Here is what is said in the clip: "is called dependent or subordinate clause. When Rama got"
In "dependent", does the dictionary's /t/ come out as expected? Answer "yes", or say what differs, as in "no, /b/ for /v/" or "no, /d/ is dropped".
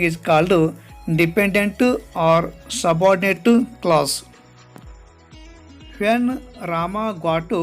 yes